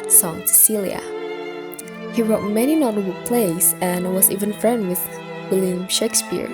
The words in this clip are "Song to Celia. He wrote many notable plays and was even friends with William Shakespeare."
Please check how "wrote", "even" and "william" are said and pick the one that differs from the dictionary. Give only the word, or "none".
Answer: none